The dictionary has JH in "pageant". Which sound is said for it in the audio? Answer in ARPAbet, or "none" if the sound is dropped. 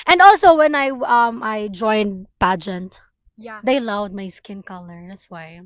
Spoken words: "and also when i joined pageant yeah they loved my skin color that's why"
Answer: JH